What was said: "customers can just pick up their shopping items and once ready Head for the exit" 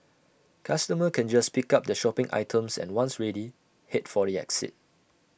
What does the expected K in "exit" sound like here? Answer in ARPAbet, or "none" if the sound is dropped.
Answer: K